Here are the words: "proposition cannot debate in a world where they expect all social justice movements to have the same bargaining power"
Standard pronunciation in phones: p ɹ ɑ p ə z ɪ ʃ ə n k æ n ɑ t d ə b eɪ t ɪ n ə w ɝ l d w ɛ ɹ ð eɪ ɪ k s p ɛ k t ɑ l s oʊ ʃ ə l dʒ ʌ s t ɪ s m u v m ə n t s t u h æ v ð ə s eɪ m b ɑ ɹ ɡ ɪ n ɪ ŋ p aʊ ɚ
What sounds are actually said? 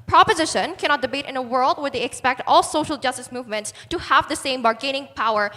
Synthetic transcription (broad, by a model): p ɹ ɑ p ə z ɪ ʃ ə n k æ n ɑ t d ə b eɪ t ɪ n ə w ɝ l d w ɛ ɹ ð eɪ ɪ k s p ɛ k t ɑ l s oʊ ʃ ə l dʒ ʌ s t ɪ s m u v m ə n t s t u h æ v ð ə s eɪ m b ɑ ɹ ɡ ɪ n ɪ ŋ p aʊ ɚ